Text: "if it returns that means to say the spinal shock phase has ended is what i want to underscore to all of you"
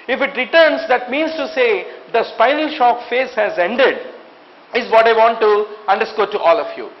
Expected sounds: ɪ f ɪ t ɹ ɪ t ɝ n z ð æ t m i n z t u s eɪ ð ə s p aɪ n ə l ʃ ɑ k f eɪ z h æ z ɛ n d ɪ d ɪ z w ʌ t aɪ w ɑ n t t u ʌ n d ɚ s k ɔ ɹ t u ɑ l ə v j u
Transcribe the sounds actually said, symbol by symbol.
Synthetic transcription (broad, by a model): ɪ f ɪ t ɹ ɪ t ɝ n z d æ t m i n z t u s eɪ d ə s p aɪ n ə l ʃ ɑ k f eɪ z h æ z ɛ n d ɪ d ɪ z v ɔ t aɪ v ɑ n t t u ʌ n d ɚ s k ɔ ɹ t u ɑ l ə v j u